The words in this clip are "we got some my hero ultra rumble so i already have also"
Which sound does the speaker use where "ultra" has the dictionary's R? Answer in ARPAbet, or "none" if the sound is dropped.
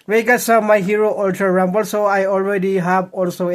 none